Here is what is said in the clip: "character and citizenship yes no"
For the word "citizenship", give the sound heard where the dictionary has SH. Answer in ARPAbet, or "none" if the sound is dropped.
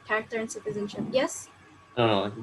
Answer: SH